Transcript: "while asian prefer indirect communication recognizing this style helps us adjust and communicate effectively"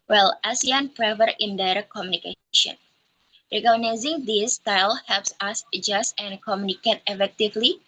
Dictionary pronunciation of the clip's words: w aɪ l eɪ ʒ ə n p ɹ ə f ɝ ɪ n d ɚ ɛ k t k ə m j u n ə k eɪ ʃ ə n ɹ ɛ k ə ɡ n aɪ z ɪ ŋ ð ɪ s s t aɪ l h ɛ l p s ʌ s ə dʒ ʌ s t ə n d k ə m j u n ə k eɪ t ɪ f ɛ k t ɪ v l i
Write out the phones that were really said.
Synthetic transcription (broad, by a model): w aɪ l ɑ s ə n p ɹ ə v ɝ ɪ n d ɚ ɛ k k ə m j u n ə k eɪ ʃ ə n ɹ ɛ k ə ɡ n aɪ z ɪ ŋ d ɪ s s t aɪ l h ɛ l p s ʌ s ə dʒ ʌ s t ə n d k ə m j u n ə k eɪ t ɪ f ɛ k t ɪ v l i